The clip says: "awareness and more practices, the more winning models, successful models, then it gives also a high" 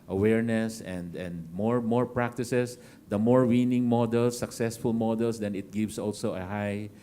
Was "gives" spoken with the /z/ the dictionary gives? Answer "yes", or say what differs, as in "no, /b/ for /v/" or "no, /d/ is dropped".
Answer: no, /s/ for /z/